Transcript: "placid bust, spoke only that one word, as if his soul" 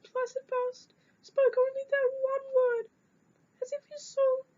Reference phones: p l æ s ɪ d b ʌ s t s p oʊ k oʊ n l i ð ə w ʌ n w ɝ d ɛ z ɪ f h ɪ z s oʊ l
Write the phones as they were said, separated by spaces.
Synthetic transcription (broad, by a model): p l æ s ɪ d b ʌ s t s p oʊ k oʊ n l i ð ə w ʌ n w ɝ d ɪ z ɪ f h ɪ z s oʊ